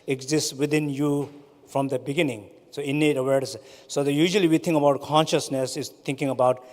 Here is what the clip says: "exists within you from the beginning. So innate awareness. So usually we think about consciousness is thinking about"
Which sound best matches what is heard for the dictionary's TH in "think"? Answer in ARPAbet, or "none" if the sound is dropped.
T